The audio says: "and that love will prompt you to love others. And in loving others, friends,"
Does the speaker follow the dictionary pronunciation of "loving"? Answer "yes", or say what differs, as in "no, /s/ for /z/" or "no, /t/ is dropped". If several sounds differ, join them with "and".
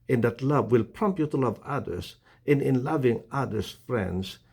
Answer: yes